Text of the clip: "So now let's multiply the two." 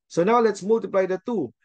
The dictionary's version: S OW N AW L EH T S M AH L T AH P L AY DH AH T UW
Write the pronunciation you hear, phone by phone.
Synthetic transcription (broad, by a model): S OW N AW L EH T S M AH L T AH P L AY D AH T UW